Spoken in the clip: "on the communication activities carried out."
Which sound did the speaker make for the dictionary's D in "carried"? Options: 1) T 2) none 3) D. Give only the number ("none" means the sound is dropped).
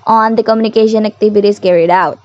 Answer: 3